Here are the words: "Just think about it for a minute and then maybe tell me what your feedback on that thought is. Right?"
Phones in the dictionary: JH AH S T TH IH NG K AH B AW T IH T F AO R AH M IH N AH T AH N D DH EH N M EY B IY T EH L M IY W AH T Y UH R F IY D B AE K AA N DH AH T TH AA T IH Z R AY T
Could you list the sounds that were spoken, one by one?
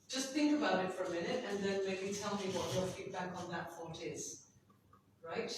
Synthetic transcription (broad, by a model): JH AH S T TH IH NG K AH B AW T IH T F AO R AH M IH N AH T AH N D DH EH N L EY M IY T EH L M IY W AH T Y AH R F IY D B AE K AA N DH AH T F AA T IH Z R AY T